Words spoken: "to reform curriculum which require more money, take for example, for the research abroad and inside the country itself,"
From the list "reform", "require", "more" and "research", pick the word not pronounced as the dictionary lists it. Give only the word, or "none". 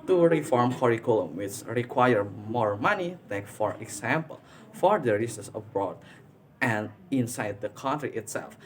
research